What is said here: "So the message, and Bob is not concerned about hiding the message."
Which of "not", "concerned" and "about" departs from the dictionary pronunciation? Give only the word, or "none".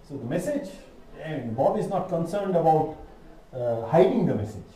none